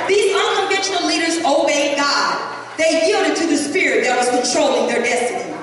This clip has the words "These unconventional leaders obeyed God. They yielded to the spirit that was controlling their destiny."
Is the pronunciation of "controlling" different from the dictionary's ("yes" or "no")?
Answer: no